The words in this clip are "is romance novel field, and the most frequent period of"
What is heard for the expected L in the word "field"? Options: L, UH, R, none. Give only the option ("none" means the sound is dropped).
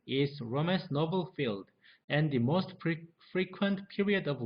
L